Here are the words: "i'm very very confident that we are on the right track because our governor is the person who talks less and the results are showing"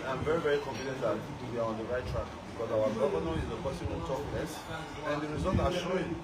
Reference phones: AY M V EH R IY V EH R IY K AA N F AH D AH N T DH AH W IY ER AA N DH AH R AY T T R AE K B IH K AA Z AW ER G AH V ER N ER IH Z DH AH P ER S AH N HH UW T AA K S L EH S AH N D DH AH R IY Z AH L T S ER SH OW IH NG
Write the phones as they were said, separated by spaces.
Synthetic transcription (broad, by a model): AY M V EH R IY V EH R IY K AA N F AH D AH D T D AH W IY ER AA N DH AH R AY T T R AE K B IH K AA Z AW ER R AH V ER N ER IH Z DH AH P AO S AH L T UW T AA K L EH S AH N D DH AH R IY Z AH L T AA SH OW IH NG